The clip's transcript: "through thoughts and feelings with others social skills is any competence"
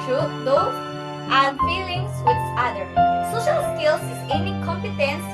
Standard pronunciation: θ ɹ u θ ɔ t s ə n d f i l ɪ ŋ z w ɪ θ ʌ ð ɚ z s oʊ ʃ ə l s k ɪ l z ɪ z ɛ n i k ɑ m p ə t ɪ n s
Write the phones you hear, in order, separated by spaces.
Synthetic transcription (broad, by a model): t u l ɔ t ə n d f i l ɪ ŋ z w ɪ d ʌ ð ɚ s oʊ ʃ ə l s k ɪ l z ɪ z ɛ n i k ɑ m p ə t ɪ n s